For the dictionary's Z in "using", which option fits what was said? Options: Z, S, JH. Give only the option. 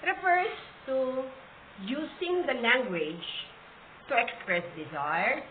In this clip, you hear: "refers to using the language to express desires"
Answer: S